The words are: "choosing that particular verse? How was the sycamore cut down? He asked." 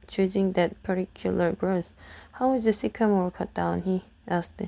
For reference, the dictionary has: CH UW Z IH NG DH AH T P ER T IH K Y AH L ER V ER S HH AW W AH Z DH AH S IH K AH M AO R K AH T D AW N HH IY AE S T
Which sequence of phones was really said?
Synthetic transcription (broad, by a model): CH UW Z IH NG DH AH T P ER T IH K Y AH L ER B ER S HH AW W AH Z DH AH S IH K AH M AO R K AH T D AW N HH IY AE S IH